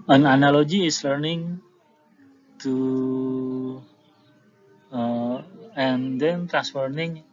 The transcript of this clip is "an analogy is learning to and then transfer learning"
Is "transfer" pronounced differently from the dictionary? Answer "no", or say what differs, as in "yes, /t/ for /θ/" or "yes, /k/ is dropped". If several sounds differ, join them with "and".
yes, /n/ is dropped